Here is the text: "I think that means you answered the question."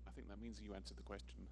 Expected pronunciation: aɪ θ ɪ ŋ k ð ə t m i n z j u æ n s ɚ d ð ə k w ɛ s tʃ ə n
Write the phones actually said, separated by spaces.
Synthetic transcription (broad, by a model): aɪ θ ɪ ŋ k ð ə t m i n z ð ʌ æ n s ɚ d ð ə k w ɛ s tʃ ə n